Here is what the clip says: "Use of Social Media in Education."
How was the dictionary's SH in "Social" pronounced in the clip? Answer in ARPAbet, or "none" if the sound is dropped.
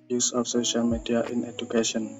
SH